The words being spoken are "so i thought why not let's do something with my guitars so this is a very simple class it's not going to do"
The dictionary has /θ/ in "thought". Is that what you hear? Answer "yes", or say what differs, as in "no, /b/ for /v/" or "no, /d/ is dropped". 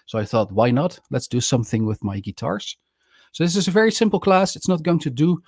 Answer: yes